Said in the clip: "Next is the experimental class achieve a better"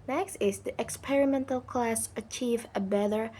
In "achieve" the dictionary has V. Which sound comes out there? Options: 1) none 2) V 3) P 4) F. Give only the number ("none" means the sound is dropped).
2